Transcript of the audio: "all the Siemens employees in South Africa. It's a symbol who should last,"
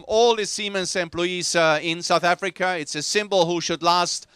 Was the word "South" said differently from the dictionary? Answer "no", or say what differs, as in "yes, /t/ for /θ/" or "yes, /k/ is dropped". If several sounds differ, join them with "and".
no